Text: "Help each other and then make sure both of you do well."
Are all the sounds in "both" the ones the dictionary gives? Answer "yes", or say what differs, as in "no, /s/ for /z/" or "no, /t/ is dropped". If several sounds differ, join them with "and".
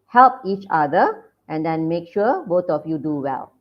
no, /t/ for /θ/